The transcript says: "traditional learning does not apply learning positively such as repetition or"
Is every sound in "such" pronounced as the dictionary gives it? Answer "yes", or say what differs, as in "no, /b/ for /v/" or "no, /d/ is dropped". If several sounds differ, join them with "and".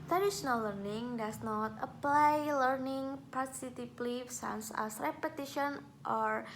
no, /s/ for /tʃ/